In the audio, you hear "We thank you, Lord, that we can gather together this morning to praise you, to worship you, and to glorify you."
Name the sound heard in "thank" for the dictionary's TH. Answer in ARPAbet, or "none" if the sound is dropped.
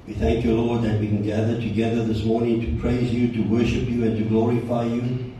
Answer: TH